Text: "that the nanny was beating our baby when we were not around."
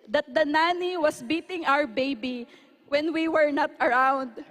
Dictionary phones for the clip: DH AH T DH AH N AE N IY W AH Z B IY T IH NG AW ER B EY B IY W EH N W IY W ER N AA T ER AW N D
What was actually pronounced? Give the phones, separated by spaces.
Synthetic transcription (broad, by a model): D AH T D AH N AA N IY W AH S B IY T IH NG AW ER B EY B IY W EH N W IY W ER N AA T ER AW N D